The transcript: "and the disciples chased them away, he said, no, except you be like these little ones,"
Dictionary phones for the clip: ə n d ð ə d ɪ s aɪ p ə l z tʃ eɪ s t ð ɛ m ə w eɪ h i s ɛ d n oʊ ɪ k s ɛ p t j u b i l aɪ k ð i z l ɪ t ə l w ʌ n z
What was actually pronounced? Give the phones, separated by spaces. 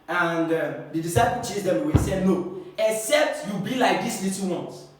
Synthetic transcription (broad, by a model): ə n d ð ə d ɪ s aɪ p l tʃ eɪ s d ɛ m ə w eɪ s ɛ d n oʊ ɪ k s ɛ p t j u b i l aɪ k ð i s l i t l w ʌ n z